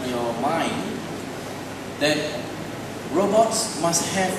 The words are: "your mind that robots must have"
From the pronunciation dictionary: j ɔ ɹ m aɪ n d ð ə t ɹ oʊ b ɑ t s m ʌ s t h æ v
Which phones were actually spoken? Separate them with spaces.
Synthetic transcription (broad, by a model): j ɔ m aɪ n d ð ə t ɹ oʊ b ɑ t s m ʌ s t h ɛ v